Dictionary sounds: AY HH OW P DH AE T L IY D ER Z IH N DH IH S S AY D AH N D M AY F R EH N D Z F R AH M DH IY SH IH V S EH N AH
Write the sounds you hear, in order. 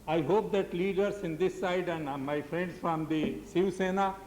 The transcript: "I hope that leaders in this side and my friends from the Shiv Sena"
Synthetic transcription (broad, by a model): AY HH OW P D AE T L IY D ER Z IH N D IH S S AY D AH N D M AY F R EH N D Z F R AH M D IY S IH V S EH N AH